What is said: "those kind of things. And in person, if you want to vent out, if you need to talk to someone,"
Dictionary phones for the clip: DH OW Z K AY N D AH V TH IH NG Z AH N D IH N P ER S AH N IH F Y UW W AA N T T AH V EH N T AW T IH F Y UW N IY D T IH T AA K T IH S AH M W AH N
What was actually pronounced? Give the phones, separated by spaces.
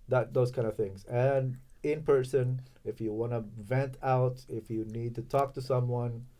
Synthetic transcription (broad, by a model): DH OW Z K AY N D AH V TH IH NG Z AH N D IH N P ER S AH N IH F Y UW W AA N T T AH V EH N T AW T IH F Y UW N IY D T IH T AA K T IH S AH M W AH N